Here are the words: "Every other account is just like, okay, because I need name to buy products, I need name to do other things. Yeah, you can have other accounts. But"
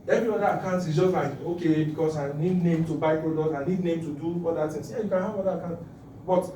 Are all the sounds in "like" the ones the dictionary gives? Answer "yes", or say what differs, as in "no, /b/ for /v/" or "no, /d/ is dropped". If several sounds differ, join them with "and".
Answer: no, /k/ is dropped